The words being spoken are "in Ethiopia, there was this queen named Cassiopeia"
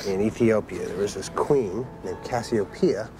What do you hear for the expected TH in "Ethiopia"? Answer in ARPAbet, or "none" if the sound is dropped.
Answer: TH